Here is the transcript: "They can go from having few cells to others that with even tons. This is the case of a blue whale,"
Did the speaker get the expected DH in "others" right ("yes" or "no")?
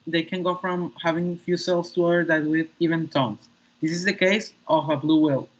no